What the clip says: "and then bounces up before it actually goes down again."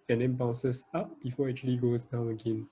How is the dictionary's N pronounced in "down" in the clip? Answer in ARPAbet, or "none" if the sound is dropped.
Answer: none